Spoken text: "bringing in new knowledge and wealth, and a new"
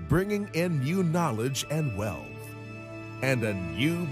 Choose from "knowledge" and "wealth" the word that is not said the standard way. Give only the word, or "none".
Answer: none